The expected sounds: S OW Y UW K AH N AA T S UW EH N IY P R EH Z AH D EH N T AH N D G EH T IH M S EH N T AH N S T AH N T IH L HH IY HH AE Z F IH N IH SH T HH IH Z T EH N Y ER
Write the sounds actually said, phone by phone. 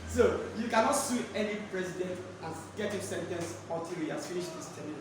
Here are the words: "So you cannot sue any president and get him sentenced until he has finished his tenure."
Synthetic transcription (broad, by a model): S OW Y UW K AH N AA T S UW EH N IY P R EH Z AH D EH N T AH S G EH T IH S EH N T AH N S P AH T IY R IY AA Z F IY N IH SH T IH S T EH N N